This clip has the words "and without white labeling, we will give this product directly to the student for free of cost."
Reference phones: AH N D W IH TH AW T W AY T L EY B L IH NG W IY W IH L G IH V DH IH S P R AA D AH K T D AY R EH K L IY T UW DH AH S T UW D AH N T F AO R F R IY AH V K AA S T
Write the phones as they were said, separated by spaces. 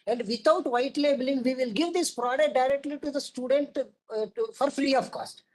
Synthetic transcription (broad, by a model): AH N D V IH T AW T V AY T L EY B L IH NG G IY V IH L G IH V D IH S P R AA D AH K T D AY R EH K L IY T UW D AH S T UW D AH N T F AO R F L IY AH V K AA S T